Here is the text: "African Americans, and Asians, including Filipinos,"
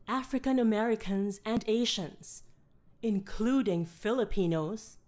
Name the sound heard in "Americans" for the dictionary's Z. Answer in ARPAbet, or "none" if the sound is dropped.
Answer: Z